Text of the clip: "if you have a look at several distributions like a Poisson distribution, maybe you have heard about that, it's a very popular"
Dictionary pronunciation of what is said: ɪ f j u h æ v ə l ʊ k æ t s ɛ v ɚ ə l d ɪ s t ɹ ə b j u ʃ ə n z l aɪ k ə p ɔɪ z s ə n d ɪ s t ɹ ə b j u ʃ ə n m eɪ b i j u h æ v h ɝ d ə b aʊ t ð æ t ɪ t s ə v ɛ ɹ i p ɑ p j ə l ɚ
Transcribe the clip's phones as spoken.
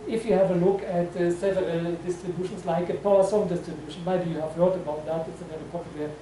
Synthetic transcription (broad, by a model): ɪ f j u h æ v ə l ʊ k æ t s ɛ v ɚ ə d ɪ s t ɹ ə b j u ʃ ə n s l aɪ k ə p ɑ s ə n d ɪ s t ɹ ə b j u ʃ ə n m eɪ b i j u h æ v h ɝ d ə b aʊ t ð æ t ɪ t s ə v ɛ l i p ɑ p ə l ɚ